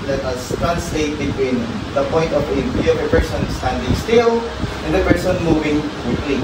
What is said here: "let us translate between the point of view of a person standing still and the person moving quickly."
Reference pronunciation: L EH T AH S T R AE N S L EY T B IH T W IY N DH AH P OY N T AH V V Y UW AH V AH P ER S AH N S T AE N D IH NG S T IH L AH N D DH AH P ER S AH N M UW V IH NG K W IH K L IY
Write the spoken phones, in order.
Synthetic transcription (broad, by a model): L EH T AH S T R AE N S L EY T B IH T W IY N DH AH P OY N T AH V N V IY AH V AH P ER S AH N S T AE N D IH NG S T IH L AH N D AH P ER S AH N M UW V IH NG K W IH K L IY